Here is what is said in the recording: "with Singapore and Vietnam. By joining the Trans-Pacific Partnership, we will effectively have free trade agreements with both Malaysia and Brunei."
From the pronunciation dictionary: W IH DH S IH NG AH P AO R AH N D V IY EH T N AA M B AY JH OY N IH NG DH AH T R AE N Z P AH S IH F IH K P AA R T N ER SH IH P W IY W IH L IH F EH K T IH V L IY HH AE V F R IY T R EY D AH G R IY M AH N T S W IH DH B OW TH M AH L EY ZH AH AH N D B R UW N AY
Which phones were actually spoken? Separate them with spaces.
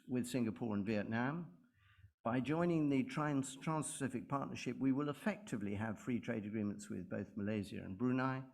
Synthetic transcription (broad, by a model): W IH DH S IH NG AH P AO R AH N V IY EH T N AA M B AY JH OY N IH NG DH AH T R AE N S P AH S IH F IH K P AA R T N ER SH IH P W IY W IH L IH F EH K T IH V L IY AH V F R IY T R EY D AH G R IY M AH N T S W IH DH B OW TH M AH L EY Z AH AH N B R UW N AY